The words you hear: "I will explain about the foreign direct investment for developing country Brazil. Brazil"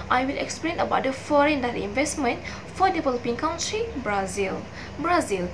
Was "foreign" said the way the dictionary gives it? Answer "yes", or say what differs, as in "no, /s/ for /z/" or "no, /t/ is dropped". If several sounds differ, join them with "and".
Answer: yes